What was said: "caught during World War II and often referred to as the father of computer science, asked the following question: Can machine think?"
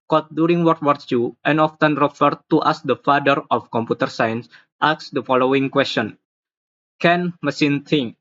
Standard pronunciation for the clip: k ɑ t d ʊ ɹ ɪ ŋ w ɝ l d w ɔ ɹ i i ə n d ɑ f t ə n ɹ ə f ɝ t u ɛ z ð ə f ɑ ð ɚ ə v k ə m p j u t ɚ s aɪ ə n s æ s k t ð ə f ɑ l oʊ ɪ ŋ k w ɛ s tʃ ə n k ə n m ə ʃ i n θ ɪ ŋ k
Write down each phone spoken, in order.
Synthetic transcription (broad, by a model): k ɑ t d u ɹ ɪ ŋ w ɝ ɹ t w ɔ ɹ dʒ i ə n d ɑ f t ə n ɹ ə f ɝ t u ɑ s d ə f ɑ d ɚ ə f k ə m p j u t ɚ s aɪ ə n s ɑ s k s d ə f ɑ l oʊ ɪ ŋ k w ɛ s tʃ ə n k ə n m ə s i n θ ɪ ŋ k